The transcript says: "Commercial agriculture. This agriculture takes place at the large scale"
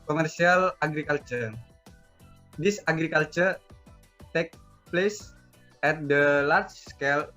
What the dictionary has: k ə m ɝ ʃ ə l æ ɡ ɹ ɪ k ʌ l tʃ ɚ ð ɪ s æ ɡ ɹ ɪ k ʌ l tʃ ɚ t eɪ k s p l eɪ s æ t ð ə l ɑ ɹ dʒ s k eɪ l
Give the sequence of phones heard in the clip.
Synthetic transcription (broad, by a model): k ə m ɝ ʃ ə l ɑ ɡ ɹ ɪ k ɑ l tʃ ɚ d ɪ s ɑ ɡ ɹ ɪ k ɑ l tʃ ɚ t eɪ k p l eɪ s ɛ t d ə l ɑ ɹ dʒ s k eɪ l